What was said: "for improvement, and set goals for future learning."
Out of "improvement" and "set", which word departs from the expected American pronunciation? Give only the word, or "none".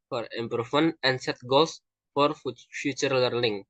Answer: improvement